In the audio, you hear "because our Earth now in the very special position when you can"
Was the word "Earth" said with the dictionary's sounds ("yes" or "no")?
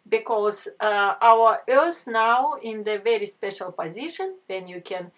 no